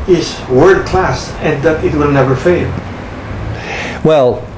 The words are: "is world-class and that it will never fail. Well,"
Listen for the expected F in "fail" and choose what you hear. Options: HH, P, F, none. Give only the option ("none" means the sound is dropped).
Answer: F